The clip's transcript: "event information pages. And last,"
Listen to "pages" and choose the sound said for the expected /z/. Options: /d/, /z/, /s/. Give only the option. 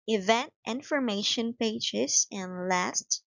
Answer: /s/